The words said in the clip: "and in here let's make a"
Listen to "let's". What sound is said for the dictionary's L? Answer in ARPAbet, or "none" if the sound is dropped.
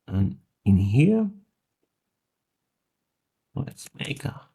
W